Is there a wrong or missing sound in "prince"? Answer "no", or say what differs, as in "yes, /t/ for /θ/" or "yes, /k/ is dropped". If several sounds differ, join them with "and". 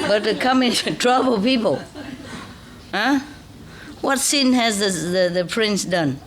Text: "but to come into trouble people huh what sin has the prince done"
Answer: no